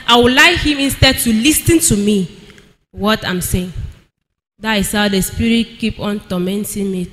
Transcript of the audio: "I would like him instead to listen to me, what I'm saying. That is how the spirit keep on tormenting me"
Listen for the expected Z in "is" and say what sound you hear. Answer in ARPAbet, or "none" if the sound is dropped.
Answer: S